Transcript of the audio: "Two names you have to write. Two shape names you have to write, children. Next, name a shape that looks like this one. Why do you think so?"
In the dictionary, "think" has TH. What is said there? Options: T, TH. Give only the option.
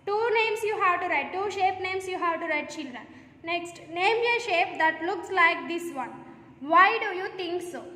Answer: T